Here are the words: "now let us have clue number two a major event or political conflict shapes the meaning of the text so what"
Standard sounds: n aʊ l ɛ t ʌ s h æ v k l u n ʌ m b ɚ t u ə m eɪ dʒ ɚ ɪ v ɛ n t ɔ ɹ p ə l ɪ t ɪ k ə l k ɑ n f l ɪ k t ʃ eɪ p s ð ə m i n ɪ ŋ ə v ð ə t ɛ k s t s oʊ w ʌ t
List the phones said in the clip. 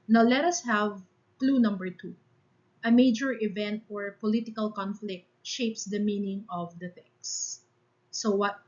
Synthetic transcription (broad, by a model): n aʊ l ɛ t ʌ s h æ v k l u n ʌ m b ɚ t u ə m eɪ dʒ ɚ ɪ v ɛ n t ɔ ɹ p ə l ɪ t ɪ k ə l k ɑ n f l ɪ k t ʃ eɪ p s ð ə m i n ɪ ŋ ə v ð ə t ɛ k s s oʊ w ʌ t